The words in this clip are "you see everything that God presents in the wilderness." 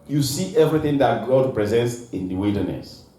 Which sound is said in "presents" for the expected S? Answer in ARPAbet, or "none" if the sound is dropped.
S